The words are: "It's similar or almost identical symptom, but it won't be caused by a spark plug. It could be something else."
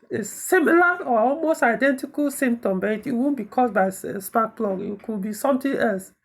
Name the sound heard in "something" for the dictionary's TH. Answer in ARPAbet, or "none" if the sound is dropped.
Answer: T